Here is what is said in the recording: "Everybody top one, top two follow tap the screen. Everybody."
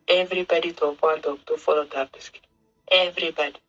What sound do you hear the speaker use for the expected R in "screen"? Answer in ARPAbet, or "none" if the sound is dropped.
none